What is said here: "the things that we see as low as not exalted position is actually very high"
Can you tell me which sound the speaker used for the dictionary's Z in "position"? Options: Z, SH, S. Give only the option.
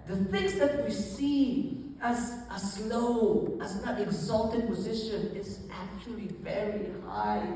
Z